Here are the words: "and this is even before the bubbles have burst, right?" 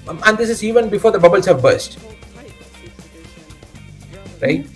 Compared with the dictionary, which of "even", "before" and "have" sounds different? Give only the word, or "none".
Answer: none